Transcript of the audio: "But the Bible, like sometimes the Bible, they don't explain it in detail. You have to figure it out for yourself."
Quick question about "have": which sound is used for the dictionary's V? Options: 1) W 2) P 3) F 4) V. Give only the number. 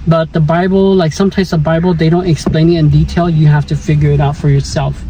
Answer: 3